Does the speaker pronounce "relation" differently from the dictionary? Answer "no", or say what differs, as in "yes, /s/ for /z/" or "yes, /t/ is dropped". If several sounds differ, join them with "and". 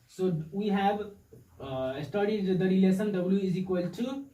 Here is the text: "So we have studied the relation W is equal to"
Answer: yes, /s/ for /ʃ/